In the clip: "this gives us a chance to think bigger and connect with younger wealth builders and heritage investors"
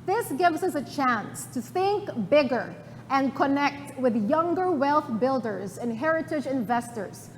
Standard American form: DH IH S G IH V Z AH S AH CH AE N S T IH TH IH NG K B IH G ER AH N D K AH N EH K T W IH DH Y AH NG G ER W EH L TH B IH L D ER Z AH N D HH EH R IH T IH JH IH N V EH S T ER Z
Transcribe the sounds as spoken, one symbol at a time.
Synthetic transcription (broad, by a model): DH IH S G IH V Z AH S AH CH AE N S T IH TH IH NG K B IH G ER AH N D K AH N EH K T W IH DH Y AH NG G ER W EH L TH B IH L D ER Z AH N HH EH R IH T IH JH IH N V EH S T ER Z